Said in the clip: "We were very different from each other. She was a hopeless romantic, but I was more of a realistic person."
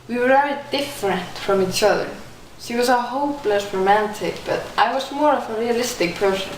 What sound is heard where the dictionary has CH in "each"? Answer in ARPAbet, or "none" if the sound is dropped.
CH